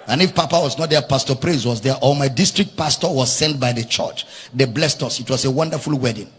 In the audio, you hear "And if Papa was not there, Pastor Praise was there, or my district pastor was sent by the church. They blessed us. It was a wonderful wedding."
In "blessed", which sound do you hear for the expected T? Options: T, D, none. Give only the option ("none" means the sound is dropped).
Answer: T